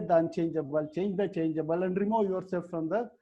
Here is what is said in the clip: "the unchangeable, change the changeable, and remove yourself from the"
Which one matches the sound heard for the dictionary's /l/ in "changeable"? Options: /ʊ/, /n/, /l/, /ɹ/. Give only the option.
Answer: /l/